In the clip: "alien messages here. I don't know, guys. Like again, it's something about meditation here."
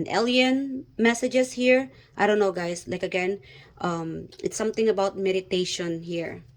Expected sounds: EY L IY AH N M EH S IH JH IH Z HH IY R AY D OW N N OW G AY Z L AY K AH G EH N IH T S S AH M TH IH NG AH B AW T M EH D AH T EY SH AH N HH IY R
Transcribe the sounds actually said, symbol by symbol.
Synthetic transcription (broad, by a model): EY L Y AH N M EH S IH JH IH S HH IY R AY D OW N N OW G AY S L AY K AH G EH N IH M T S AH M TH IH NG AH B AW T M EH D AH T EY SH AH N HH IY R